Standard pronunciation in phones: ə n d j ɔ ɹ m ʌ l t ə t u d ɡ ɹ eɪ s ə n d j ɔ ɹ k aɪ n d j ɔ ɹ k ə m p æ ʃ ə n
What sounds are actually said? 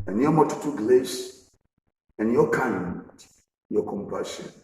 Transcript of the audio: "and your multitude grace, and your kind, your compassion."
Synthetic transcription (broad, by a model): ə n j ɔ m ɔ t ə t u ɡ l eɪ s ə n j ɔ k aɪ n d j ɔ k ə m p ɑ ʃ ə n